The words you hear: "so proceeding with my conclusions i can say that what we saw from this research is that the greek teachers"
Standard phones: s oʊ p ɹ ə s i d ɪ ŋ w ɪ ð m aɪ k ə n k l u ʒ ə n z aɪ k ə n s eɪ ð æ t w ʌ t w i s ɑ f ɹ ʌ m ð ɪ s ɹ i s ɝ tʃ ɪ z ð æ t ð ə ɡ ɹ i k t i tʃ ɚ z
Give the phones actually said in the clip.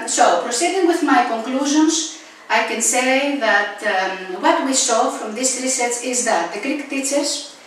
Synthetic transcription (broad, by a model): s oʊ p ɹ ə s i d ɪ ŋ w ɪ ð m aɪ k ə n k l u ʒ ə n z aɪ k ə n s eɪ ð æ t w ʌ t w i s ɑ f ɹ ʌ m ð ɪ s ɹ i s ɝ s ɪ z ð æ t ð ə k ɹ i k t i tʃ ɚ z